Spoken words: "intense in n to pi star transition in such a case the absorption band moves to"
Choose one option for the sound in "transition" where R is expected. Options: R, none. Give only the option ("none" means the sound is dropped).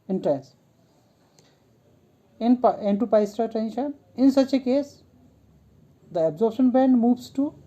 none